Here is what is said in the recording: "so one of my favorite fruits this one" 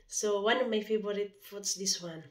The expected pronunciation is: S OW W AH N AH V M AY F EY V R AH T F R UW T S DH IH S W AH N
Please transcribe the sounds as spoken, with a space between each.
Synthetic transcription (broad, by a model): S OW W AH N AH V M AY F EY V R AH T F UW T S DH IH S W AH N